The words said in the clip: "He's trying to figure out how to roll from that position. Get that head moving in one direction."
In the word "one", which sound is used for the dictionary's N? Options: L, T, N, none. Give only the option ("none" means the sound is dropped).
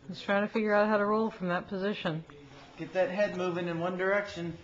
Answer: N